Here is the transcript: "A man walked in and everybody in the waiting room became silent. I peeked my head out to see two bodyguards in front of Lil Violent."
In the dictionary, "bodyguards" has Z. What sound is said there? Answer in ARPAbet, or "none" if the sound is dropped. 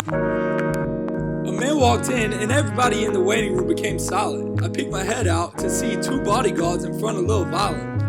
Z